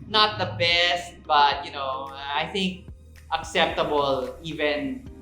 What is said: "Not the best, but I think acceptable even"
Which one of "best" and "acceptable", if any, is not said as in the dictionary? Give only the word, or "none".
none